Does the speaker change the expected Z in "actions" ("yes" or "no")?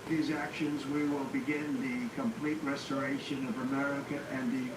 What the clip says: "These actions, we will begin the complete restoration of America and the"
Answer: no